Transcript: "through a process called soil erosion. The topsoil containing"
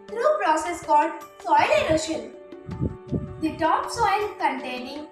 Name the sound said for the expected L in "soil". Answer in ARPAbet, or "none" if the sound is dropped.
L